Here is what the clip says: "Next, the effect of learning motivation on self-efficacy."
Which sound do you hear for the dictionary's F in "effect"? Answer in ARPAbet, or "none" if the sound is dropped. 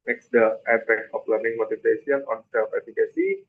P